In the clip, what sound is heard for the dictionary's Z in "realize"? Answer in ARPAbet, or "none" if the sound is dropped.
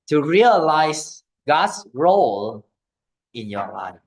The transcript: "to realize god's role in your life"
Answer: S